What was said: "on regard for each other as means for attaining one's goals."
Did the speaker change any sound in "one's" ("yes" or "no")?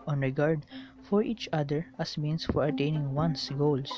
yes